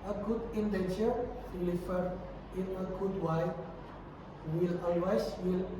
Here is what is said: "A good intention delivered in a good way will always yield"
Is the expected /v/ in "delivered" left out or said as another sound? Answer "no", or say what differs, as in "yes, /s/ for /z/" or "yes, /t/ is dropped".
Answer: yes, /f/ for /v/